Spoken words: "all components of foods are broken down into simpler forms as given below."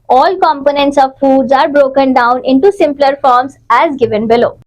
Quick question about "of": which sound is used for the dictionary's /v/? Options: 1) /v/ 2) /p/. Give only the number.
1